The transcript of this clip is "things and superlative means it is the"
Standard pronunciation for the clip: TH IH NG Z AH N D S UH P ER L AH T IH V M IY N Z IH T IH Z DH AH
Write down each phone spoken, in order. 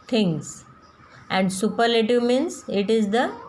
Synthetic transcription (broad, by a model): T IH NG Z AH N D S UH P ER L AH T IH V M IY N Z IH T IH Z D AH